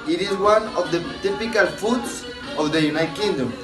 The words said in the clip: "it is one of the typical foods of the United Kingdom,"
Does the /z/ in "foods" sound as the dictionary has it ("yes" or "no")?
no